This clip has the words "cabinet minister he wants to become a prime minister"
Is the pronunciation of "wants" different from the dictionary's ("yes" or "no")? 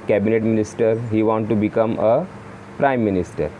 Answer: yes